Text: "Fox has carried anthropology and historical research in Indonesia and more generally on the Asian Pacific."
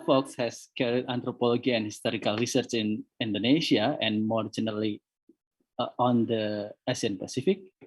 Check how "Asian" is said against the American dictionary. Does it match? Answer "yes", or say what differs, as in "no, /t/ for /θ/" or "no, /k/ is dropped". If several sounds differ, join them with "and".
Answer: no, /s/ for /ʒ/